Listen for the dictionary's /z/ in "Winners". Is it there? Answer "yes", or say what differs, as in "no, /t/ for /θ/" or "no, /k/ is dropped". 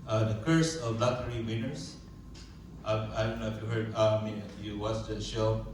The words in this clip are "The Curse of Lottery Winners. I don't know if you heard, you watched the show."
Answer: no, /s/ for /z/